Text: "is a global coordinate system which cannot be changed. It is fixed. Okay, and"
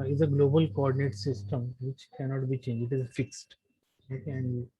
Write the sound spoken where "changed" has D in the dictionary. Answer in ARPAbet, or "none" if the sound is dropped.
none